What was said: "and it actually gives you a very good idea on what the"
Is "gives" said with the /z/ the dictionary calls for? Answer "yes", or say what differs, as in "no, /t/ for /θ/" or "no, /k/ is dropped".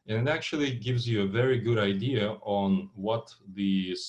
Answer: yes